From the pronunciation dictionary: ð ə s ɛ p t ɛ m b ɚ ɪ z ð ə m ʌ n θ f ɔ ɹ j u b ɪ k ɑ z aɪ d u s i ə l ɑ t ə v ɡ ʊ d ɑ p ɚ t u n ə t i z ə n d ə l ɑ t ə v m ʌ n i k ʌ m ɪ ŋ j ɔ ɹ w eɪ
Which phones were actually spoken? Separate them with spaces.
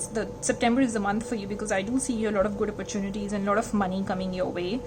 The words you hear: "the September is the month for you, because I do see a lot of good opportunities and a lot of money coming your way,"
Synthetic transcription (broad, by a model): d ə s ɛ p t ɛ m b ɚ ɪ z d ə m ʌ n t f ɔ ɹ j u b ɪ k ɑ z aɪ d u s i ə l ɑ t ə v ɡ ʊ d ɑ p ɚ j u n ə t i z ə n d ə l ɑ t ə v m ʌ n i k ʌ m ɪ ŋ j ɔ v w eɪ